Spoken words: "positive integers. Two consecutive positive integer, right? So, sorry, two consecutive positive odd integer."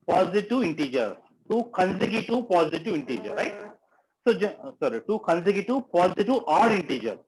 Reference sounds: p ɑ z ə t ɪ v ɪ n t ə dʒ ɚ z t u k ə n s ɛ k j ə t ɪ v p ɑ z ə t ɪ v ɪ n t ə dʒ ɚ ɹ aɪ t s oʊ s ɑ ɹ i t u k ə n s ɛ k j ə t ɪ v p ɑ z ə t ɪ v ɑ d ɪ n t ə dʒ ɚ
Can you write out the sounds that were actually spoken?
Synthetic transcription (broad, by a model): p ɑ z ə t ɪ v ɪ n t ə dʒ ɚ t u k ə n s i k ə t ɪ p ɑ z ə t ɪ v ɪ n t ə dʒ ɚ ɹ aɪ t s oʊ s ɑ ɹ i t u k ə n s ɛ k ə t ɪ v p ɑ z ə t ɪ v ɑ d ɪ n t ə dʒ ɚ